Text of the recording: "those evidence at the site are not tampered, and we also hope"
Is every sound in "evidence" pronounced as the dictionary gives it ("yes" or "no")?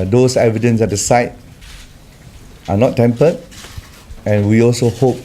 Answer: yes